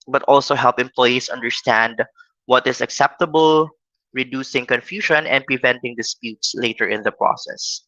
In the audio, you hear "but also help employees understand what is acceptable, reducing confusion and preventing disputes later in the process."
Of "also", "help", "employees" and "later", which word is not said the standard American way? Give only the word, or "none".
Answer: employees